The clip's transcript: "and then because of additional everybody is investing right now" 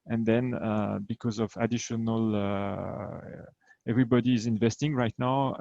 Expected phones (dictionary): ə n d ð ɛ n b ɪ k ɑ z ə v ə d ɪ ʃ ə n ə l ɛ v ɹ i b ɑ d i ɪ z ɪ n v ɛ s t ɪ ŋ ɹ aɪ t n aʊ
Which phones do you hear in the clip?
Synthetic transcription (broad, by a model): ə n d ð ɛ n b ɪ k ɑ z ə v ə d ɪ ʃ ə n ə l ɛ v ɹ i b ɑ d i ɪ z ɪ n v ɛ s t ɪ ŋ ɹ aɪ t n aʊ